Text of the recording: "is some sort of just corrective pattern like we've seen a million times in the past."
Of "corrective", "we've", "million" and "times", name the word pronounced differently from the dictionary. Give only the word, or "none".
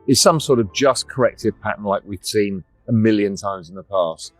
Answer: none